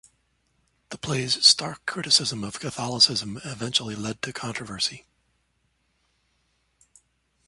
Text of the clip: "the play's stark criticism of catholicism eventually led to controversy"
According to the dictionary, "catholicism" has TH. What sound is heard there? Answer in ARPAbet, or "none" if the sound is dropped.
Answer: TH